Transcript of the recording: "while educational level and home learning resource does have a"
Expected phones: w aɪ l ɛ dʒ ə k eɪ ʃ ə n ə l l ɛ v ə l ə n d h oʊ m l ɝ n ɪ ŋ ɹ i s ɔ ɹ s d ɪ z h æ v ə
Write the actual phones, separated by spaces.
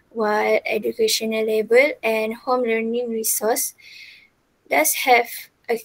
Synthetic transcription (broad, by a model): w aɪ l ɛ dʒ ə k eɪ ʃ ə n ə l l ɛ b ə l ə n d h oʊ m l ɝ n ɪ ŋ ɹ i s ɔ s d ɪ s h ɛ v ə